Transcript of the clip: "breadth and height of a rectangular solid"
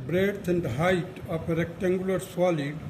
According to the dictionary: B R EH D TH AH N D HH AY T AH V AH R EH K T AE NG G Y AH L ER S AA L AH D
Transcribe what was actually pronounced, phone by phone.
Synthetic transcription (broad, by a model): B R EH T AH N D HH AY T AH P AH R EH K T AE NG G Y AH L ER S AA L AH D